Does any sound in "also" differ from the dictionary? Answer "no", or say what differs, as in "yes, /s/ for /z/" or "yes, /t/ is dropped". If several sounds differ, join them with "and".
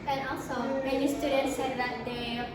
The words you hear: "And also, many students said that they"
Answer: yes, /l/ is dropped